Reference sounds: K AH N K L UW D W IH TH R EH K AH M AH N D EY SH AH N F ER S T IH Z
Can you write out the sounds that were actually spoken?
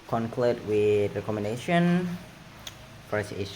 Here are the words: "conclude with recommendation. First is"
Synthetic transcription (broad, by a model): K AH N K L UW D W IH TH R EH K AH M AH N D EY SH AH N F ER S IH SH